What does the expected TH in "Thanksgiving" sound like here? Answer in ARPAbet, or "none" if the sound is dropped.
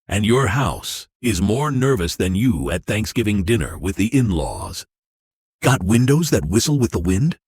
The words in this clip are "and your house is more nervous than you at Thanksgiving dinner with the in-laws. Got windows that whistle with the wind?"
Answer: TH